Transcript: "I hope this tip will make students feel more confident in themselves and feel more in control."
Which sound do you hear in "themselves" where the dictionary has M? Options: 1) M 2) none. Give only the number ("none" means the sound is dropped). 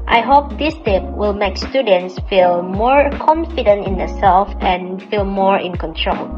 2